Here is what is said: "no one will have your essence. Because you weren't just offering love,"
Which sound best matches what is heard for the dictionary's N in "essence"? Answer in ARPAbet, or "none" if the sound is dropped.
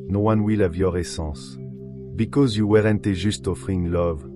none